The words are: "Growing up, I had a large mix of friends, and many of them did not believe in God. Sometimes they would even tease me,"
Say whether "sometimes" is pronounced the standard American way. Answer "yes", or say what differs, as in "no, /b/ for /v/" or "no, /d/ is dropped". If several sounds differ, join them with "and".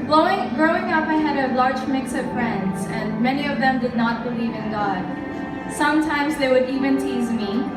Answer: yes